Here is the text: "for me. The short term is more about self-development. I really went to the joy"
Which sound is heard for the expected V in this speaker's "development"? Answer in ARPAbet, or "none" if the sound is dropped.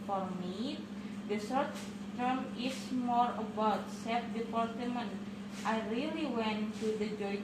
P